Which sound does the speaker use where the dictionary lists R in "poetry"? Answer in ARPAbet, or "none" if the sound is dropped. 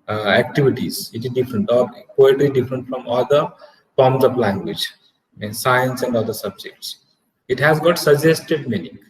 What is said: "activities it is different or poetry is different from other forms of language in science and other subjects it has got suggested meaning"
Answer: L